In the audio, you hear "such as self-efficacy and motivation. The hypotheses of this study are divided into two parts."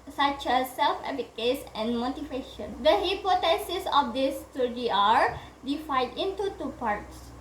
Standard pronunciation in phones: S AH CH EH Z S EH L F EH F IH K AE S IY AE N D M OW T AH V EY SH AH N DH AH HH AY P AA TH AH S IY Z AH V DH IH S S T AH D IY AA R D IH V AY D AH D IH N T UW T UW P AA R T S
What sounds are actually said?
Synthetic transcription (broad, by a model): S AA CH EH S EH L F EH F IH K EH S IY N M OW T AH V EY SH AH N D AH HH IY P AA T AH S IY S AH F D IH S S T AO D IY AA R D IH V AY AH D IH N T UW T UW P AA R T S